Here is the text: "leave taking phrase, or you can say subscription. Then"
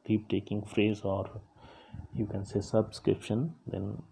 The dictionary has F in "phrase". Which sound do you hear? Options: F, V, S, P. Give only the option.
F